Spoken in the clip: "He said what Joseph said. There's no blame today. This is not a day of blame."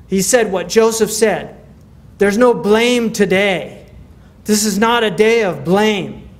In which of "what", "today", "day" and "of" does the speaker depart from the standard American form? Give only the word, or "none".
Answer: none